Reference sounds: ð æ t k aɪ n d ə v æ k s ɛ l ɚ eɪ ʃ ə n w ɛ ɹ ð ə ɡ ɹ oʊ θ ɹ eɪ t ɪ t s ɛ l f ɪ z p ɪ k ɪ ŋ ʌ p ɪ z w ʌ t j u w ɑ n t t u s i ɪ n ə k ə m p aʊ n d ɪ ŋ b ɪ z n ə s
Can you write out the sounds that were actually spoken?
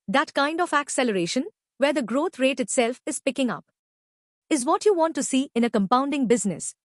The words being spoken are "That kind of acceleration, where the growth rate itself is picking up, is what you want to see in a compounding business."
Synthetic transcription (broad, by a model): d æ t k aɪ n d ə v æ k s ɛ l ɚ eɪ ʃ ə n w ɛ ɹ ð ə ɡ ɹ oʊ t ɹ eɪ t ɪ t s ɛ l f ɪ z p ɪ k ɪ ŋ ʌ p ɪ z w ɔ t j u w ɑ n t t u s i ɪ n ə k ə m p aʊ n d ɪ ŋ b ɪ z n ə s